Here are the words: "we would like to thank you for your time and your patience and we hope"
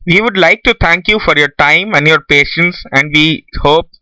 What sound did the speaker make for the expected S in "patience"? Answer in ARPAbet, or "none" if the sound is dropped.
S